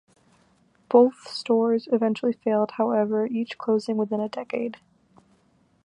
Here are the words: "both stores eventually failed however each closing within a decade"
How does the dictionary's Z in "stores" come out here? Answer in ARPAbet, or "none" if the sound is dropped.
Z